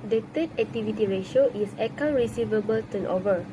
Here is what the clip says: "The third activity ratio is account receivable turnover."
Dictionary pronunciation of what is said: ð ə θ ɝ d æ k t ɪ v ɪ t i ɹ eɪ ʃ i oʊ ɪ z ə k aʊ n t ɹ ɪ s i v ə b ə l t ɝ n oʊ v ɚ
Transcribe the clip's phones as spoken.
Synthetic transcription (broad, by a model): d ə t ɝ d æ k t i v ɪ t i ɹ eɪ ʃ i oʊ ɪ s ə k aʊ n ɹ ɪ s i v ə b ə l t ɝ n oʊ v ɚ